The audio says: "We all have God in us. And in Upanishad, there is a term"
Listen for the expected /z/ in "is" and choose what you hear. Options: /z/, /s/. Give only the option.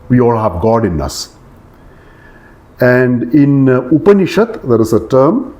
/s/